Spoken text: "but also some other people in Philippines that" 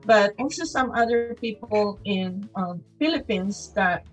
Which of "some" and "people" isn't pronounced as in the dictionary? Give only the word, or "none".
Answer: people